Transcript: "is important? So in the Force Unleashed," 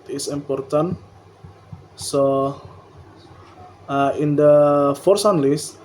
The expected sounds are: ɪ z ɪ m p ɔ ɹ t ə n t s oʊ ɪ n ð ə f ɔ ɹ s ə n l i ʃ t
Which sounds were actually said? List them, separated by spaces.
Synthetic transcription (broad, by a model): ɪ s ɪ m p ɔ ɹ t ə n s oʊ ɪ n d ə f ɔ ɹ s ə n l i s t